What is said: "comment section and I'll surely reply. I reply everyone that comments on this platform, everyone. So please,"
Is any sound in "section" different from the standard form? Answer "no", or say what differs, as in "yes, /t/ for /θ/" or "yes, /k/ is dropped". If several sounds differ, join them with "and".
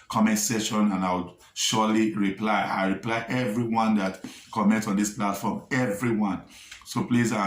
yes, /k/ is dropped